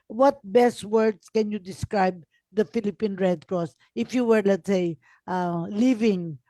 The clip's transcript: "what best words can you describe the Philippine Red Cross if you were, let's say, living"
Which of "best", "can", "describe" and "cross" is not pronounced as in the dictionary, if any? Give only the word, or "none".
none